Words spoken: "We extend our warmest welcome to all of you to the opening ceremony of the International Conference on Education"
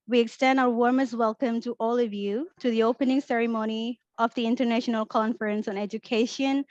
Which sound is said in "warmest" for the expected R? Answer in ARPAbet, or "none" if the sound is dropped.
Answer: R